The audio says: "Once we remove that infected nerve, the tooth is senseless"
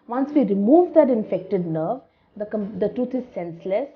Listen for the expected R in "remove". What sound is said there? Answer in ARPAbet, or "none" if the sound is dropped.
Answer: R